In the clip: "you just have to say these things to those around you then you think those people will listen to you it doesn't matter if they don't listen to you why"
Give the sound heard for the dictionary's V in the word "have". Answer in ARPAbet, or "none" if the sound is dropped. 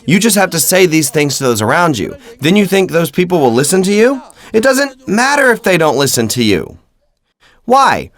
F